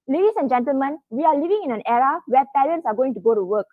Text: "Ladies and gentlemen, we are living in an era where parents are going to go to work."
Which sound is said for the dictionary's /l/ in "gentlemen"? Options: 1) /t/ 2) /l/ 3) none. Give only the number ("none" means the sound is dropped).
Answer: 2